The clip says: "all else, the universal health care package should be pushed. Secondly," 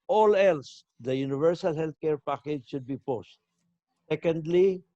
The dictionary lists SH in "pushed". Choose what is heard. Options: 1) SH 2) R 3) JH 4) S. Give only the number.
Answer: 4